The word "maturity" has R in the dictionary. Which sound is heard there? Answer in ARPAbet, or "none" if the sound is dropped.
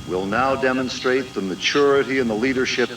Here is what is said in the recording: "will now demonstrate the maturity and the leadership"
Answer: R